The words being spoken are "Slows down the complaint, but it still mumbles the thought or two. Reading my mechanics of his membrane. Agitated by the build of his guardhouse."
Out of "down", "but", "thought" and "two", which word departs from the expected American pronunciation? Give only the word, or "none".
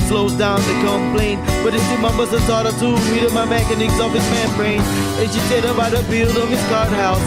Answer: thought